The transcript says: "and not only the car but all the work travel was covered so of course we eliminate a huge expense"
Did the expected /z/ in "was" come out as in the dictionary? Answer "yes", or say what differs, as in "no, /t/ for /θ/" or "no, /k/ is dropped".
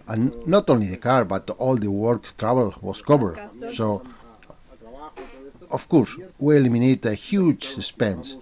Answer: no, /s/ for /z/